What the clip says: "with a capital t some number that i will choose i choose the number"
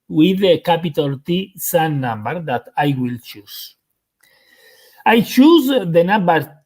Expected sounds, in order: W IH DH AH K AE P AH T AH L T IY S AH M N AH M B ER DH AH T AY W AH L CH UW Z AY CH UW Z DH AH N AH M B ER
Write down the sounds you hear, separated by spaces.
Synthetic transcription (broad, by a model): W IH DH AH K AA P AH T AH L T IY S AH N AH M B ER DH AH T AY W AH L CH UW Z AY CH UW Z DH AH N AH M B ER